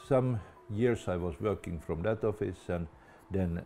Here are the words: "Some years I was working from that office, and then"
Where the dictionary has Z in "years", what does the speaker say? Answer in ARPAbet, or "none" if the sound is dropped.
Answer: S